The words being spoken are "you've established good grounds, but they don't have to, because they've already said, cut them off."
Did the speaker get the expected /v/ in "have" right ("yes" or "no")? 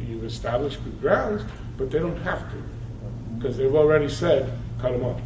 no